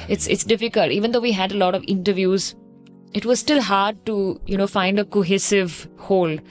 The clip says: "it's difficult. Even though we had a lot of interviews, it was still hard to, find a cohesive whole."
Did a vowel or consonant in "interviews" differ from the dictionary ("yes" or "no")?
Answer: no